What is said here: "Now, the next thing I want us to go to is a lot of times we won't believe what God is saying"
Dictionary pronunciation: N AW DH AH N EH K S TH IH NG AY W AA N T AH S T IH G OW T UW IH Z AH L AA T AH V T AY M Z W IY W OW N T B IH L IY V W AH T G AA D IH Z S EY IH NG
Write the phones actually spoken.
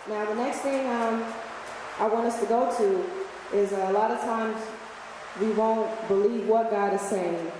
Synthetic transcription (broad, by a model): N AW DH AH N EH K S TH IH NG AY W AA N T AH S T IH G OW T UW IH Z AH L AA T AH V T AY M Z W IY W OW N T B IH L IY V W AH T G AA D IH Z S EY IH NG